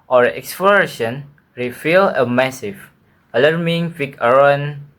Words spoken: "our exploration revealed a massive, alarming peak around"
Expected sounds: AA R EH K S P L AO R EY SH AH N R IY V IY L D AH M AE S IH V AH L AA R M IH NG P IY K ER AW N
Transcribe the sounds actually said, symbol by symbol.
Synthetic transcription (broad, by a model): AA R EH K S P L AO R EY SH AH N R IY F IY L AH M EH S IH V AH L AA R M IH NG F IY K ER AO N